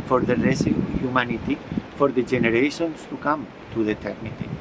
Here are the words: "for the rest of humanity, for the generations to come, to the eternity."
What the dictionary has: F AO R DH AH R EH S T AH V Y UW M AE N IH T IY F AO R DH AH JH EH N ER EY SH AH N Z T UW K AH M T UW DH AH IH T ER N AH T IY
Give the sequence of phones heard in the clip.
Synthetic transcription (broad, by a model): F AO R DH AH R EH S AH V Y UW M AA N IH T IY F AO R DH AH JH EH N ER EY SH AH N S T UW K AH M T UW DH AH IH T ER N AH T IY